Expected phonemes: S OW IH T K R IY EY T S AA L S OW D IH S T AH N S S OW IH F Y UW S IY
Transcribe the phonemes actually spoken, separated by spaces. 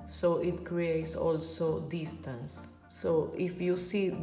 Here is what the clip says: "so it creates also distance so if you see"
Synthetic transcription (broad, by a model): S OW IH T K R IY EY T S AA L S OW D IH S T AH N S S OW IH F Y UW S IY